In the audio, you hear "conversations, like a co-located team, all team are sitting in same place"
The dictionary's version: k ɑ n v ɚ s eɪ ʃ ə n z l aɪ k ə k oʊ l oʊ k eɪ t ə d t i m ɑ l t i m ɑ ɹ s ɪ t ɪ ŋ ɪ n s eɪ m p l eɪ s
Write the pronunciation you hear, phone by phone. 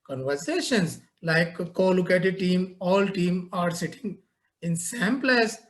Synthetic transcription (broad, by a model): k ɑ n v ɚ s eɪ ʃ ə n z l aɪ ə k oʊ l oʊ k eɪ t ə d t i m ɑ l t i m ɑ ɹ s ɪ t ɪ ŋ ɪ n s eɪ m p l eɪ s